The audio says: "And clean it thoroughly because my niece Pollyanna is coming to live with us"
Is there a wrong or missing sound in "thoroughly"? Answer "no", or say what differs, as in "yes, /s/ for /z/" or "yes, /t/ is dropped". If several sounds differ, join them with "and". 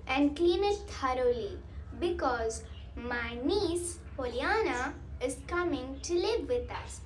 yes, /t/ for /θ/